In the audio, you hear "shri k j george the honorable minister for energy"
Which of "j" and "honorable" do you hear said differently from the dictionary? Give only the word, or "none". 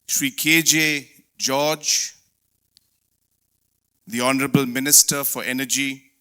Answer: none